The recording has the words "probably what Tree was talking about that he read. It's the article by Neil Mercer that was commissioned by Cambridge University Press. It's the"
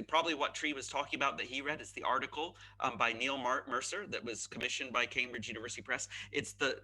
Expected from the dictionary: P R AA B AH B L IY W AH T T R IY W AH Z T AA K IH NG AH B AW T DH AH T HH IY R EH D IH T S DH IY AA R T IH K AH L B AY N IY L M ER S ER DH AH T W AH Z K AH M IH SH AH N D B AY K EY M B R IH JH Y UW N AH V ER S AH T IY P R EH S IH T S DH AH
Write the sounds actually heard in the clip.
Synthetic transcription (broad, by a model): P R AA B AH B L IY W AH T T R IY W AH Z T AA K IH NG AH B AW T DH AH T HH IY R EH D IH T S DH IY AA R T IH K L B AY N IY L M ER S ER DH AH T W AH Z K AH M IH SH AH N B AY K EY M B R IH JH Y UW N AH V ER S AH T IY P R EH S IH T S DH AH